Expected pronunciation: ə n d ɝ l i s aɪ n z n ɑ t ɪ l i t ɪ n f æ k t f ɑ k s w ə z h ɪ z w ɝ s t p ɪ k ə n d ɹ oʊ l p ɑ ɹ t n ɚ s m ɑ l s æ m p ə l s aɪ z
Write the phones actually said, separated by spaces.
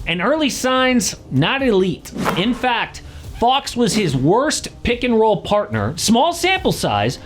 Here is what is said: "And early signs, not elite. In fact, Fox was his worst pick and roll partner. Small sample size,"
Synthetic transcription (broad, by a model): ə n ɝ l i s aɪ n z n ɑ t ɪ l i t ɪ n f æ k t f ɑ k s w ə z ɪ z w ɝ s t p ɪ k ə n ɹ oʊ l p ɑ ɹ t n ɚ s m ɑ l s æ m p l s aɪ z